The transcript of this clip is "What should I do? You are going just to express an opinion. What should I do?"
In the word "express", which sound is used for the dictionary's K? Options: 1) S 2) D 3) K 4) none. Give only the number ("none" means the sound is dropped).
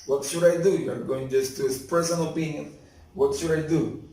4